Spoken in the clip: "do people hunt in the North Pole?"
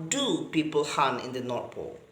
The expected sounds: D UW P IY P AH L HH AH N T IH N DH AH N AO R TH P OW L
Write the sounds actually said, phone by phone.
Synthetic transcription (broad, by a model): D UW P IY P AH L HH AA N IH N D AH N AO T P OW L